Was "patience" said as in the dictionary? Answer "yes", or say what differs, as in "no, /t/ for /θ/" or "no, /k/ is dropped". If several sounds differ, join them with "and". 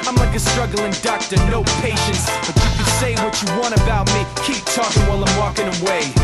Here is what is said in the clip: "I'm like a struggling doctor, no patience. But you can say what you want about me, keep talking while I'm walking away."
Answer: yes